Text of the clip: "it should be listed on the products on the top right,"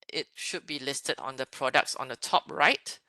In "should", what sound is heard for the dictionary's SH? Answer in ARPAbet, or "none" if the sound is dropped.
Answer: SH